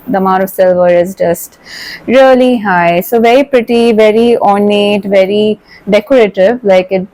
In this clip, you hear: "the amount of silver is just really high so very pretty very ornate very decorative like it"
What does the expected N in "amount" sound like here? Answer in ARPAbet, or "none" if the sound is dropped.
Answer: none